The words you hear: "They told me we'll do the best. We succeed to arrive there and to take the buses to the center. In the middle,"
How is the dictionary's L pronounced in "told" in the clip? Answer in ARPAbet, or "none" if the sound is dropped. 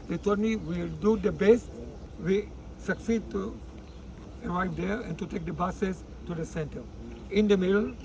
none